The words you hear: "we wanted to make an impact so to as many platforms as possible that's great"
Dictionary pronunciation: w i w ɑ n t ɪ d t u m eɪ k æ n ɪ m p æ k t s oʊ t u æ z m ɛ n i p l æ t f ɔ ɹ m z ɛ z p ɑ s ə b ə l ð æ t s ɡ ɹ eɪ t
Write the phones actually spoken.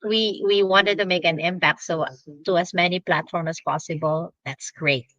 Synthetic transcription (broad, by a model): w i w ɑ n t ɪ d t u m eɪ k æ n ɪ m p æ k t s oʊ t u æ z m ɛ n i p l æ t f ɔ ɹ m ɛ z p ɑ s ə b ə l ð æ t s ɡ ɹ eɪ t